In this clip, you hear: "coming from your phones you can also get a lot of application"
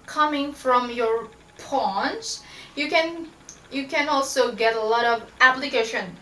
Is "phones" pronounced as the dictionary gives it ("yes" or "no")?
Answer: no